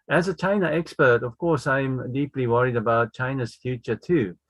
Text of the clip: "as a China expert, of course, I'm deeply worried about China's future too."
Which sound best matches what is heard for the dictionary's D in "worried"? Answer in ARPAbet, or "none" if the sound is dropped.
D